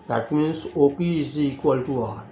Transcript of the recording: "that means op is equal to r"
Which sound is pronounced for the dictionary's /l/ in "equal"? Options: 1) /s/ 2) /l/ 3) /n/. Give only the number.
2